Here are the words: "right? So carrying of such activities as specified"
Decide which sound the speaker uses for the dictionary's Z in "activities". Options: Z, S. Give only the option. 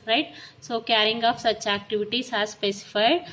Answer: S